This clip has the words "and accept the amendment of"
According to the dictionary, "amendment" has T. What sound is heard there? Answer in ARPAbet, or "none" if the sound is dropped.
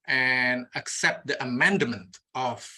T